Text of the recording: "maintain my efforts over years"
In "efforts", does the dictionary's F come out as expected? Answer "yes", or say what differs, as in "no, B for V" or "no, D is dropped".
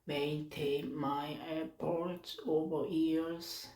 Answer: no, P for F